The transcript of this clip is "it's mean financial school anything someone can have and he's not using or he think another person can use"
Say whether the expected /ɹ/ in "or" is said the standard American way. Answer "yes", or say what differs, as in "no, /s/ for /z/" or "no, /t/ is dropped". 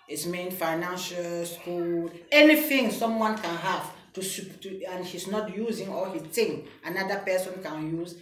no, /l/ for /ɹ/